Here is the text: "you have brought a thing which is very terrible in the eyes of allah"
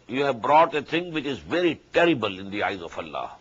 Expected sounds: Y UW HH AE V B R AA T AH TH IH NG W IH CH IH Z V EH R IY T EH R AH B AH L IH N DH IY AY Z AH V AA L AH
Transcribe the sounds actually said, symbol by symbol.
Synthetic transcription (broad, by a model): Y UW HH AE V B R AA T AH T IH NG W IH CH IH Z V EH R IY T EH R AH B AH L IH N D IY AY Z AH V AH L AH